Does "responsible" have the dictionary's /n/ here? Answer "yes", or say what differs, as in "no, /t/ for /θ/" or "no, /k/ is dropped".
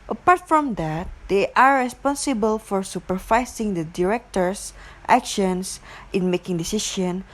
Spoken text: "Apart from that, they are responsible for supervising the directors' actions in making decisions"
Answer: yes